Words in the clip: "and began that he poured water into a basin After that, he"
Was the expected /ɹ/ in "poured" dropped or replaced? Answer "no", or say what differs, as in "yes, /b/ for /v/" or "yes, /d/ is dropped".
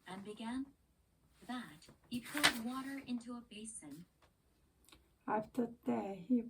yes, /l/ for /ɹ/